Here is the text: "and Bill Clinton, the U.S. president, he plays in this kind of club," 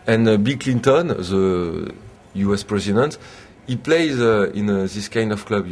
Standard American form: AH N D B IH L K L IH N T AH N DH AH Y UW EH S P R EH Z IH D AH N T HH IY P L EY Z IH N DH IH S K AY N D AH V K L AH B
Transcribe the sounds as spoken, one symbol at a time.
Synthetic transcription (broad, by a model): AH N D B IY L K L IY N T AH N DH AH Y UW EH S P R EH Z IH D AH N T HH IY P L EY Z IH N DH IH S K AY N D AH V K L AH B